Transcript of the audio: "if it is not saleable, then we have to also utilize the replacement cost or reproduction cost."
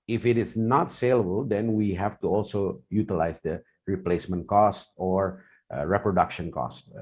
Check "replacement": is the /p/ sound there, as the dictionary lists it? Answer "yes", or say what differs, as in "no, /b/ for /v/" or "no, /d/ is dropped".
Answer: yes